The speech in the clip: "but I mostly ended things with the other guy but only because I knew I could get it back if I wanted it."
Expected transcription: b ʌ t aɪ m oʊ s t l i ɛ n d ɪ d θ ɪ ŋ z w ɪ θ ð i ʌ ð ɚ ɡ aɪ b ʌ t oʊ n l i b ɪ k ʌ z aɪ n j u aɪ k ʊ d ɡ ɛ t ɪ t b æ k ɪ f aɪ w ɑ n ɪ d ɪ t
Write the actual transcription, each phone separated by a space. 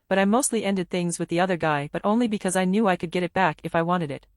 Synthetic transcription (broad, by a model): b ʌ t aɪ m oʊ s t l i ɛ n d ɪ d θ ɪ ŋ z w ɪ ð i ʌ ð ɚ ɡ aɪ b ʌ t oʊ n l i b ɪ k ʌ z aɪ n j u aɪ k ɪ d ɡ ɛ t ɪ t b æ k ɪ f aɪ w ɑ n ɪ d ɪ t